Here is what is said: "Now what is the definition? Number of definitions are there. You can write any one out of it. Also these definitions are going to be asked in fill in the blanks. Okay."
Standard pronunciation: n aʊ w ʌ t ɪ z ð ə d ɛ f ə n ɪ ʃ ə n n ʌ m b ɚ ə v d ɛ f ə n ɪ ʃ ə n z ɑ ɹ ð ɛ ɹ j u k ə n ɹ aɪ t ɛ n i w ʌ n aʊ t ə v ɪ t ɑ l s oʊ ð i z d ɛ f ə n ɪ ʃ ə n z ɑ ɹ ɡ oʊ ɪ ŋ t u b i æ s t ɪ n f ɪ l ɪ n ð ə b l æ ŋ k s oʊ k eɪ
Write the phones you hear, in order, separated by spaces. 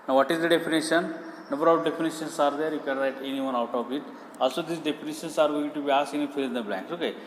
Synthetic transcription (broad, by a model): n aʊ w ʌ t ɪ z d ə d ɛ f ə n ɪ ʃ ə n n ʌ b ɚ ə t d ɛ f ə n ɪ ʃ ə n s ɑ ɹ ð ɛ ɹ j u k ə n ɹ aɪ t ɛ n i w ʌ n aʊ t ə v ɪ t ɑ l s oʊ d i s d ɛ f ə n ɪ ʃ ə n s ɑ ɹ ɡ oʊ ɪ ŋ t u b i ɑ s ɪ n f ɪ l ɪ n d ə b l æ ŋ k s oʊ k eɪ